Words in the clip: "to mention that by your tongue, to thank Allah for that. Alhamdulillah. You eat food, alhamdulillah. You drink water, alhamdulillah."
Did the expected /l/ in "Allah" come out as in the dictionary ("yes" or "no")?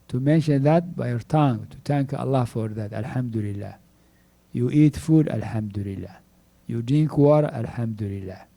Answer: yes